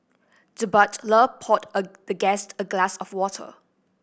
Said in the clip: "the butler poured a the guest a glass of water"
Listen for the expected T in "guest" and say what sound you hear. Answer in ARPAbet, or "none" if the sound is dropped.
T